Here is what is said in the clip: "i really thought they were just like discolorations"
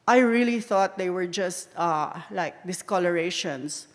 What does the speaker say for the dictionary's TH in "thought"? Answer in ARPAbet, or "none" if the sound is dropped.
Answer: TH